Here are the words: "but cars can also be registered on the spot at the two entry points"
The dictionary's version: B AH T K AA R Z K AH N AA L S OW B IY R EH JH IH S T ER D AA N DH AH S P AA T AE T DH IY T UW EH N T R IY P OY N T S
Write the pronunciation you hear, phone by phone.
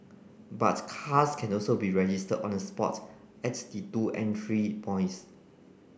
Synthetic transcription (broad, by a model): B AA T K AA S K AH N AA L S OW B IY R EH JH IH S T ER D AA N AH S P AA T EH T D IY T UW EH N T R IY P OY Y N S